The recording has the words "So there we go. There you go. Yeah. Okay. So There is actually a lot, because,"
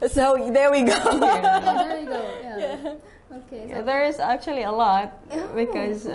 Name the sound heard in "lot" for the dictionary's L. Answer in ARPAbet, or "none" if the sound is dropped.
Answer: L